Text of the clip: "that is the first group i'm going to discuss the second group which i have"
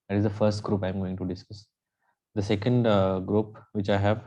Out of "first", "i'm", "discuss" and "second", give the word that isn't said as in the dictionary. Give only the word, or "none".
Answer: none